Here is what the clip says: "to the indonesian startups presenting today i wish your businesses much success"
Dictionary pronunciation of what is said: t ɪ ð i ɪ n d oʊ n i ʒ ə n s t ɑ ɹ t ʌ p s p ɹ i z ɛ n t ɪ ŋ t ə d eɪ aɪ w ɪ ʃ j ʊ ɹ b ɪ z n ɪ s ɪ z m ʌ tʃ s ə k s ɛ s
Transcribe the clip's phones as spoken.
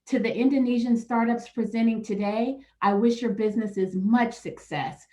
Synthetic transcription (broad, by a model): t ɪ ð i ɪ n d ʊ n i ʒ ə n s t ɑ ɹ t ʌ p s p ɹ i z ɛ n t ɪ ŋ t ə d eɪ aɪ w ɪ ʃ j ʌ ɹ b ɪ z n ɪ s ɪ z m ʌ tʃ s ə k s ɛ s